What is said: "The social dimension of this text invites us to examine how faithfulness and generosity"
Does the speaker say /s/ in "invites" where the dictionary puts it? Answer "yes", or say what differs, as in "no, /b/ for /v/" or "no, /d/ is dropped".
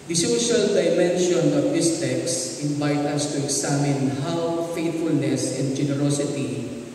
no, /s/ is dropped